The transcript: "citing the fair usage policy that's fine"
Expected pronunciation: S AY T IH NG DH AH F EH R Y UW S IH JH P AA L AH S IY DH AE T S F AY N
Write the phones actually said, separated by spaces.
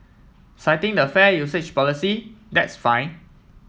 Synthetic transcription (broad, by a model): S AY T IH NG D AH F EH Y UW S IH CH P AA L AH S IY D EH T S F AY N